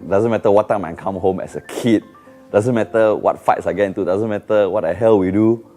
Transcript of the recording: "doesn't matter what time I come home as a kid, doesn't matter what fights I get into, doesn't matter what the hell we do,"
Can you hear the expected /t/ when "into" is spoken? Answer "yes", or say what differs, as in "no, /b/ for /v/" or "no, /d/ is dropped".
yes